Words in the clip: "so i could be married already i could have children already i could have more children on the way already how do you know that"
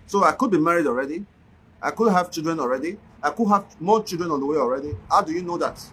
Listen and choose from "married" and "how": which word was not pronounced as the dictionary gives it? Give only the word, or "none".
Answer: none